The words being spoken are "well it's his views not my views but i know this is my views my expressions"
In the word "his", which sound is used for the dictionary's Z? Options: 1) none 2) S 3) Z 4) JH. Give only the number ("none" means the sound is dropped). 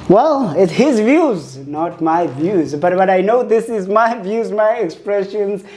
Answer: 3